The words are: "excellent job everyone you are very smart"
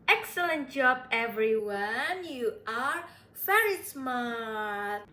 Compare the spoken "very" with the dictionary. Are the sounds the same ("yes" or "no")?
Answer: no